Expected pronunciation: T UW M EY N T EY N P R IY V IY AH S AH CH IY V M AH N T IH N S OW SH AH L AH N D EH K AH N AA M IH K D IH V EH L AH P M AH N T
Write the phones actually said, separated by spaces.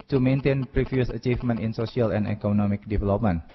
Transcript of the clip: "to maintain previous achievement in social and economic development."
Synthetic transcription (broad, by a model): T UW M EY N T EY N P R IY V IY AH S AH CH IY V M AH N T IH N S OW S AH L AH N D EH K AH N AA M IH K D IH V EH L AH P M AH N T